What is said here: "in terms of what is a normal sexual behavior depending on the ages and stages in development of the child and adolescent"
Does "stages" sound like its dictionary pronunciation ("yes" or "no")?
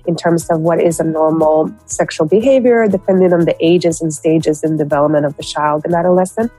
yes